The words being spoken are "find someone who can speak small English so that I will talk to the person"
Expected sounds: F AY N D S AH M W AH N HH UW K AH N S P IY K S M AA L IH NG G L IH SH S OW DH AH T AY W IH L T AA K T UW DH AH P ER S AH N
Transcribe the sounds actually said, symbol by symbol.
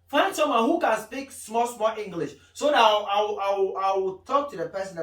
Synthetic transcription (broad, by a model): F AY N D S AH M W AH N HH UW K AH N S P IY K S M AA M IH NG G L IH SH S OW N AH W AY W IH W T AA K T UW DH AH P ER S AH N